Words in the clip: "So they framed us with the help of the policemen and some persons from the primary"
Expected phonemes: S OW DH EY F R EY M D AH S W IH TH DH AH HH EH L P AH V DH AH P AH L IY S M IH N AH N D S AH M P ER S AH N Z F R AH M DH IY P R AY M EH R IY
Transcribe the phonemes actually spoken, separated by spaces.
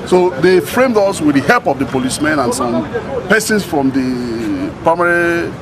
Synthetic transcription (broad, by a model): S OW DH EY F R EY M D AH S W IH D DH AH HH EH L P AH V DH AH P AH L IY S M IH N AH N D S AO M P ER S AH N S F R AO M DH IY P R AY M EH R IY